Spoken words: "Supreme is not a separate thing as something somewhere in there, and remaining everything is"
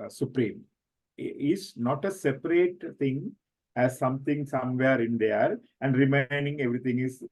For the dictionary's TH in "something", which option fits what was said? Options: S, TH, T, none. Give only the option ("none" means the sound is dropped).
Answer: T